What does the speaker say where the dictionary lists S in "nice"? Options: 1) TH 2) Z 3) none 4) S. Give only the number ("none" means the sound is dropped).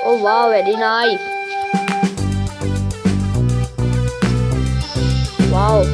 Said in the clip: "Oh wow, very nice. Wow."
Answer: 3